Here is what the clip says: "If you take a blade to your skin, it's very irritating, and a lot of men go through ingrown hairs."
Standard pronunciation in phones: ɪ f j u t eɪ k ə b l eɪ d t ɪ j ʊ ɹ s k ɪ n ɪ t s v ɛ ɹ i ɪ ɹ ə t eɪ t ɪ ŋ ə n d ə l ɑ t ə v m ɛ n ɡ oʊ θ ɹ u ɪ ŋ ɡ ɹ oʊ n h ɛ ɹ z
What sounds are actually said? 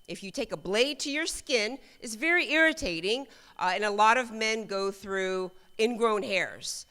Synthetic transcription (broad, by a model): ɪ f j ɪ t eɪ k ə b l eɪ d t ɪ j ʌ ɹ s k ɪ n ɪ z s v ɛ ɹ i ɪ ɹ ə t eɪ t ɪ ŋ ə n ə l ɑ t ə v m ɛ n ɡ oʊ θ ɹ u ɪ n ɡ ɹ oʊ n h ɛ ɹ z